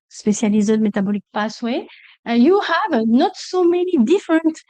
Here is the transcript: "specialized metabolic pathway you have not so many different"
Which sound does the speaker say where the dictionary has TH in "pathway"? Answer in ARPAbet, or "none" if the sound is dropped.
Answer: S